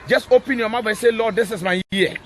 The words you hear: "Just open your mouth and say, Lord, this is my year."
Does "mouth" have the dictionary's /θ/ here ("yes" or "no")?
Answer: no